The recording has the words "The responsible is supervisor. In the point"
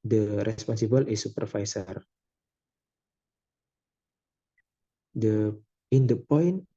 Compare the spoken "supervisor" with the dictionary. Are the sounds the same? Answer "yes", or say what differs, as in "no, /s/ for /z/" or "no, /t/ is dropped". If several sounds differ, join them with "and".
no, /s/ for /z/